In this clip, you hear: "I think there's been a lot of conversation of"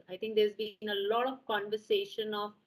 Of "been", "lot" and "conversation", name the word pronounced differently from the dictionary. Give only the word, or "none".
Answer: none